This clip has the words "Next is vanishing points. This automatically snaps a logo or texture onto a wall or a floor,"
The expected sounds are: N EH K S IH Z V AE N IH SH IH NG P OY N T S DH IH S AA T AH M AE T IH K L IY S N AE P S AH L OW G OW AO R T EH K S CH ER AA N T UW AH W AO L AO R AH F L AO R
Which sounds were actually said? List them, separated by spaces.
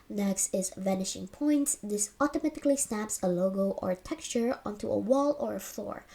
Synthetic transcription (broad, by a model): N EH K S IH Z V AE N IH SH IH NG P OY N T S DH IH S AA T AH M AE T IH K L IY S N AE P S AH L OW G OW AO R T EH K S CH ER AA N T UW AH W AO L AO R AH F L AO R